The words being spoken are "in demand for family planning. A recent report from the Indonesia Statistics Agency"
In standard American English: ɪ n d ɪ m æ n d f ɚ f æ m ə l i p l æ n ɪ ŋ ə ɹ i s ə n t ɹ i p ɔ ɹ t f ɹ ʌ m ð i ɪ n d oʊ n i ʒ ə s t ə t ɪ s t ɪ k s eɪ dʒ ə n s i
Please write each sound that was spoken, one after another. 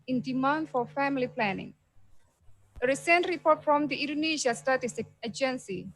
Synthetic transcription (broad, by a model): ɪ n d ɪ m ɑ n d f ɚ f æ m ə l i p l æ n ɪ ŋ ə ɹ i s ə n t ɹ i p ɔ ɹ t f ɹ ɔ m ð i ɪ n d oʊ n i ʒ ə s t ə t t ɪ s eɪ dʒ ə n s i